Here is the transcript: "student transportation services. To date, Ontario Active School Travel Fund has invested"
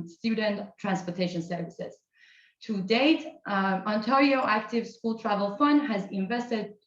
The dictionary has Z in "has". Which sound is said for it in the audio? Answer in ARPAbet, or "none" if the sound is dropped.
Z